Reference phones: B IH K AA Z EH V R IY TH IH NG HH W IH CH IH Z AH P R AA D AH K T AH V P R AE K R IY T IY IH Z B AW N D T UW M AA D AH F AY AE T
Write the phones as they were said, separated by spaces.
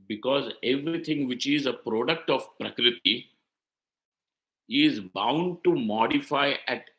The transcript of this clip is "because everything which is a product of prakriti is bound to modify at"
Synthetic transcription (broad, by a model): B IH K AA Z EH V R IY T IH NG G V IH CH IH Z AH P R AA D AH K T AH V P R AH K R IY T IY IH Z B AW N D T UW M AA D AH F AY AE T